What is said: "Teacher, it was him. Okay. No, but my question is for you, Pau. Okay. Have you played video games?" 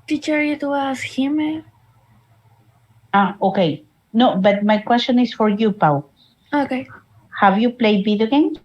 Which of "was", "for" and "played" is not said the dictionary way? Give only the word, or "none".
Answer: was